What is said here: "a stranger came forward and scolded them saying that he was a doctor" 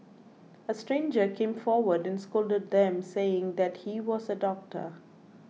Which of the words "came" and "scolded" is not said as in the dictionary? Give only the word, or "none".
none